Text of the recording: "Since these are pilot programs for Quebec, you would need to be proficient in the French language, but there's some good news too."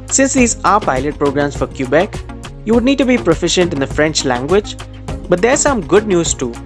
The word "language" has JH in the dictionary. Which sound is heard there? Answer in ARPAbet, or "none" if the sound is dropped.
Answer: JH